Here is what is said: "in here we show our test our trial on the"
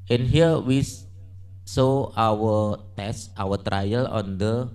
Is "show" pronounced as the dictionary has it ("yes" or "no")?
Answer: no